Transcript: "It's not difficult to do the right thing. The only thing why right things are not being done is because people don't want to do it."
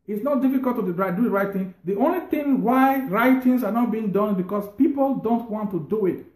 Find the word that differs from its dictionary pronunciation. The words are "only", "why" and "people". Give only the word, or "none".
none